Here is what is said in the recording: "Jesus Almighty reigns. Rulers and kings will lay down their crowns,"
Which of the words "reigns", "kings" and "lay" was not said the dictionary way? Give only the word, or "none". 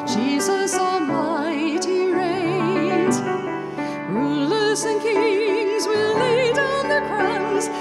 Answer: reigns